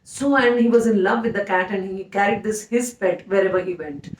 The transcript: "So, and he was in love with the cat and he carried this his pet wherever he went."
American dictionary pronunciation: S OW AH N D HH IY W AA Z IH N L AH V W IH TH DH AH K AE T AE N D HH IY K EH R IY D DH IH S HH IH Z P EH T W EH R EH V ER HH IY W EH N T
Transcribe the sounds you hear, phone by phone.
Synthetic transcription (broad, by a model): S OW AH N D HH IY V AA Z IH N L AH V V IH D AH K AE T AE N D HH IY K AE R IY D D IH S HH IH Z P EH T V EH R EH V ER HH IY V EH N T